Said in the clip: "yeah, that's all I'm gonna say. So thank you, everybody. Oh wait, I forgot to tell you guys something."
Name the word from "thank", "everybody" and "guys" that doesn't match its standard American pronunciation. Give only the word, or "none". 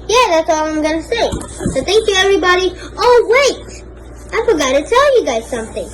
none